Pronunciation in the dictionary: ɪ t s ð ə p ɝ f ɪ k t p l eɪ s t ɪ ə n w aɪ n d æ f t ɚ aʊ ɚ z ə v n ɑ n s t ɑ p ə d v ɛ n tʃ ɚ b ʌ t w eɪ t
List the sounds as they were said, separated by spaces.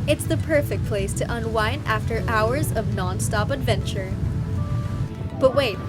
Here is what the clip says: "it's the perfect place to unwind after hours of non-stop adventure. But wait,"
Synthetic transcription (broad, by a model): ɪ t s ð ə p ɝ f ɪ k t p l eɪ s t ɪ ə n w aɪ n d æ f t ɚ aʊ ɚ z ə v n ɑ n s t ɑ p ə d v ɛ n tʃ ɚ b ʌ t w eɪ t